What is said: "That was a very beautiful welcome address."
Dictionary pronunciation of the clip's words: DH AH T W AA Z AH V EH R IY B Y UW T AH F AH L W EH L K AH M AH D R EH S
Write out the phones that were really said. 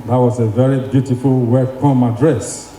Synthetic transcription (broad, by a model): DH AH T W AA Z AH V EH R IY B Y UW T AH F AH L W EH K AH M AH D R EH S